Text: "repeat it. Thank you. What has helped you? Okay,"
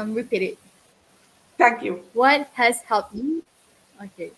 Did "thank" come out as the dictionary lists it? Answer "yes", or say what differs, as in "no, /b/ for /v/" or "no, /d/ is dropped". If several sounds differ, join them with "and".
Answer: no, /t/ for /θ/